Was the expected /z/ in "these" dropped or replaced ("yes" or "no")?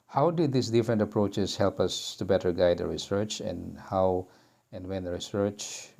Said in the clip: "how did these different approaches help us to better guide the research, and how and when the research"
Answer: yes